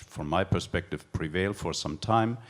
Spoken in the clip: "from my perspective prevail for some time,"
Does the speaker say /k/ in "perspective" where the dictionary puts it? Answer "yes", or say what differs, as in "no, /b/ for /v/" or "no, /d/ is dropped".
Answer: yes